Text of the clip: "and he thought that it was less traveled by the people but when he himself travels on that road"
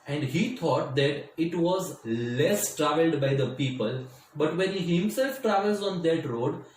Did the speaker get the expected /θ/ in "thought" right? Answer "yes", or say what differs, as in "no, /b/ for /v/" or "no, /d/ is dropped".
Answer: no, /t/ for /θ/